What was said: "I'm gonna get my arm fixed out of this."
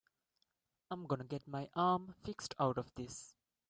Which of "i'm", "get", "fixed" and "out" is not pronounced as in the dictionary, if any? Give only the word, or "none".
none